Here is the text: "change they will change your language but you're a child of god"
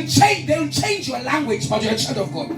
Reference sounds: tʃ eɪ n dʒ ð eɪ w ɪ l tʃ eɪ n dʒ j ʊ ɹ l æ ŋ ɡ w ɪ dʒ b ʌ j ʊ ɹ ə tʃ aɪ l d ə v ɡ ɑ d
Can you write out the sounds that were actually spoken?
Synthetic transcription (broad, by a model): tʃ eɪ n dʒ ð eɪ w ɪ l tʃ eɪ n dʒ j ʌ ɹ l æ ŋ ɡ w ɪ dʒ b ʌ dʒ ə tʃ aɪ n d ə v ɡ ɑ